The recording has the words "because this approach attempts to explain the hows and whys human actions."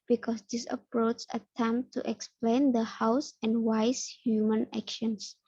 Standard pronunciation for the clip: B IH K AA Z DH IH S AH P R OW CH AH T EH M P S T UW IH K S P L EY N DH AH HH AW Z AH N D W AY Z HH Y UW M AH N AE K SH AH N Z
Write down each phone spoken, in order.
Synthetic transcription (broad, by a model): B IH K AA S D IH S AH P R OW CH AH T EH M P T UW IH K S P L EY N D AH HH AW S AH N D W AY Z HH Y UW M AH N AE K SH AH N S